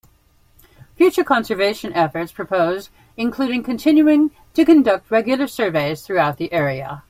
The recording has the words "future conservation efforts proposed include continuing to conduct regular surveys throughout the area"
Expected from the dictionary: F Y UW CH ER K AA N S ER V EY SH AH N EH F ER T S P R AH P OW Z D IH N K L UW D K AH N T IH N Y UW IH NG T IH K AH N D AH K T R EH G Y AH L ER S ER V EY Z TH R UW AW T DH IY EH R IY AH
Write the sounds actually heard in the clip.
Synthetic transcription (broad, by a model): F Y UW CH ER K AA N S ER V EY SH AH N EH F ER T S P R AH P OW Z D IH N K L UW D K AH N T IH N Y UW IH NG T IH K AH N D AH K T R EH G Y L ER S ER V EY Z TH R UW AW T DH IY EH R IY AH